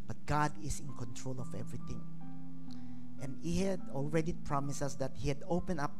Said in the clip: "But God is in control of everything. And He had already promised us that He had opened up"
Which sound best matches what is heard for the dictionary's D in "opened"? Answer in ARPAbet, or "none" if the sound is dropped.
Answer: none